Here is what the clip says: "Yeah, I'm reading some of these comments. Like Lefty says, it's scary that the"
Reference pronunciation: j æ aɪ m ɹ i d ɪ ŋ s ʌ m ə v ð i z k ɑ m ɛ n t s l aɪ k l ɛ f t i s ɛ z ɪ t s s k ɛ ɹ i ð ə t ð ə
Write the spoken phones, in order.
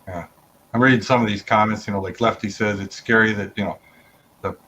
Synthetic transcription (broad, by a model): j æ aɪ m ɹ i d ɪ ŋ s ʌ m ə v ð i z k ɑ m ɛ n t s l aɪ k l ɛ f t i s ɛ z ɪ t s s k ɛ ɹ i ð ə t ð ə